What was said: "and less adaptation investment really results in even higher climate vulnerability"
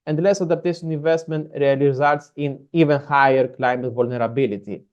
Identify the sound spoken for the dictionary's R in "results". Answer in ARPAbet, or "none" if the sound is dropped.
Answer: L